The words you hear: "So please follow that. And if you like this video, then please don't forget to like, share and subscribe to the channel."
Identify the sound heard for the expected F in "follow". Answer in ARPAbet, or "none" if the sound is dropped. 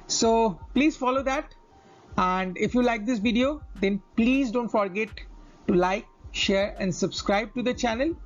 F